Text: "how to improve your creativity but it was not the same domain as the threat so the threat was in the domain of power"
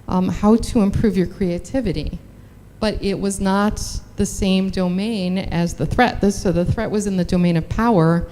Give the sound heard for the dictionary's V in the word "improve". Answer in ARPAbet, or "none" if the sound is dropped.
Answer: V